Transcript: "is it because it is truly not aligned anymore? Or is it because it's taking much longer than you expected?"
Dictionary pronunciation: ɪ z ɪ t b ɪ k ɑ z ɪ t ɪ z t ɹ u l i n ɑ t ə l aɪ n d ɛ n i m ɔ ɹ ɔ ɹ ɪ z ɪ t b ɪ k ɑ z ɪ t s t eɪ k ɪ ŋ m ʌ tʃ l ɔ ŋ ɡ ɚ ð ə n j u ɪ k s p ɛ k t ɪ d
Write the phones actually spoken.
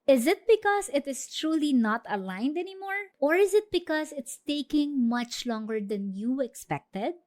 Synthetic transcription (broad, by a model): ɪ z ɪ t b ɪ k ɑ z ɪ t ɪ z t ɹ u l i n ɑ t ə l aɪ n d ɛ n i m ɔ ɹ ɔ ɹ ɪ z ɪ t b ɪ k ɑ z ɪ t s t eɪ k ɪ ŋ m ʌ tʃ l ɔ ŋ ɡ ɚ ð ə n j u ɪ k s p ɛ k t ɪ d